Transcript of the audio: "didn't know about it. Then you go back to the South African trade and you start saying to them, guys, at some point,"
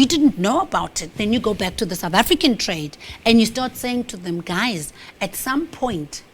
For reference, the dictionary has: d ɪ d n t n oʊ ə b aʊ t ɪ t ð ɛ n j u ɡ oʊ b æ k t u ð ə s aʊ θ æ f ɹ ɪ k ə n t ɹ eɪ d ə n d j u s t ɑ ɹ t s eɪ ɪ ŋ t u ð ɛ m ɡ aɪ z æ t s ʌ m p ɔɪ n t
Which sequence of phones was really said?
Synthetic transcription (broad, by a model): d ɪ d n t n oʊ ə b aʊ t ɪ t ð ɛ n j u ɡ oʊ b æ k t u ð ə s aʊ θ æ f ɹ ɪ k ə n t ɹ eɪ d ə n d j u s t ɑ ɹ t s eɪ ɪ ŋ t u ð ɛ m ɡ aɪ z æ t s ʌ m p ɔɪ n t